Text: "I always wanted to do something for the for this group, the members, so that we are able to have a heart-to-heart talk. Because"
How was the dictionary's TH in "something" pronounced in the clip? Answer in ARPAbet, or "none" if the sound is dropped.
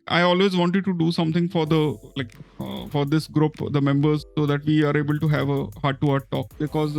T